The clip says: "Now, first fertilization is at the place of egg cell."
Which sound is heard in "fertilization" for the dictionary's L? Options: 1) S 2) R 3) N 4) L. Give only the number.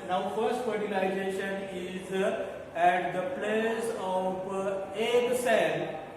3